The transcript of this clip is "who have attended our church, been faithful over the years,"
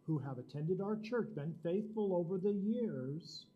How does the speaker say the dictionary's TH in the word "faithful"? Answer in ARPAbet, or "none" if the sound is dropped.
TH